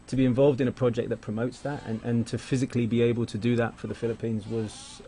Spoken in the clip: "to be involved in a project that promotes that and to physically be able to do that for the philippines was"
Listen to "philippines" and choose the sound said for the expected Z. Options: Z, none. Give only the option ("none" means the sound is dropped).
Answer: Z